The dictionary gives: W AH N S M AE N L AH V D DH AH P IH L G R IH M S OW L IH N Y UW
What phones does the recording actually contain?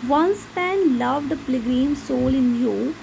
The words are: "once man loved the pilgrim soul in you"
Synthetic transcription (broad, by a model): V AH N S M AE N L AH V D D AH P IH G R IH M S OW L IH N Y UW